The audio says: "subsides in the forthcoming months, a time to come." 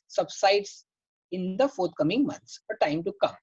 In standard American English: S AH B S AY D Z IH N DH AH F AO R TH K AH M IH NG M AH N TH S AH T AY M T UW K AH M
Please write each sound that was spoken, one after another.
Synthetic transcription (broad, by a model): S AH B S AY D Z IH N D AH F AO R T K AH M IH NG M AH N T S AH T AY M T UW K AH M